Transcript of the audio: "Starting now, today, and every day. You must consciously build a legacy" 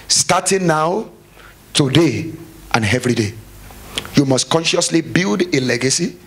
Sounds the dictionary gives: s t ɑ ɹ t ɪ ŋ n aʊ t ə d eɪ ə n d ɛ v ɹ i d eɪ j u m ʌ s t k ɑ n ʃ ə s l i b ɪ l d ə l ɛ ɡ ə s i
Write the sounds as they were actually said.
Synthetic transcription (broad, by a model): s t ɑ t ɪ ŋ n aʊ t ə d eɪ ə n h ɛ v ɹ i d eɪ j u m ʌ s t k ɑ n ʃ ə s l i b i l d ə l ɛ ɡ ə s i